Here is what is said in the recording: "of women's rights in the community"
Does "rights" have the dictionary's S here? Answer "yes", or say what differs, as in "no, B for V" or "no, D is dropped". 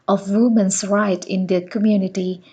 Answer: no, S is dropped